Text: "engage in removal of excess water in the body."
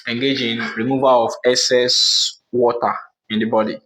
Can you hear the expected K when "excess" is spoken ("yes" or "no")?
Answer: no